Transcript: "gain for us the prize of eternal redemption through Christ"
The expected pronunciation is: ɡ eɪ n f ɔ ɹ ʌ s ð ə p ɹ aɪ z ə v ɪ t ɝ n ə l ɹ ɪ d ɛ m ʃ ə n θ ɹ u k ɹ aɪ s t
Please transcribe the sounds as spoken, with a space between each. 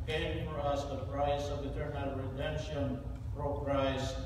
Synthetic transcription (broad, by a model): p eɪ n f ɔ ɹ ʌ s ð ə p ɹ aɪ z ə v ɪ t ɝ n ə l ɹ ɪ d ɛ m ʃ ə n f ɹ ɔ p ɹ aɪ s